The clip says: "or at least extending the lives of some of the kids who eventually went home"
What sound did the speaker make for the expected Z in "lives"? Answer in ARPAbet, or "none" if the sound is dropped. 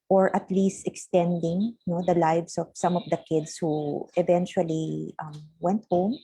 S